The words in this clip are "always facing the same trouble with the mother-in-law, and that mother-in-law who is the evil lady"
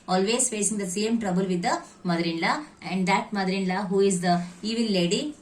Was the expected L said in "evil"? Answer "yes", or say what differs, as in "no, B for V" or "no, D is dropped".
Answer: no, N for L